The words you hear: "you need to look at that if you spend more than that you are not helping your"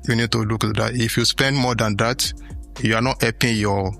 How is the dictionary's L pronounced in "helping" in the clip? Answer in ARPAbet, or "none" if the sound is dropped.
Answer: none